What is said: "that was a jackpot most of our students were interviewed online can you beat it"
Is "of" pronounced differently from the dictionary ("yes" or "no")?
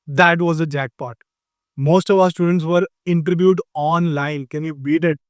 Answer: no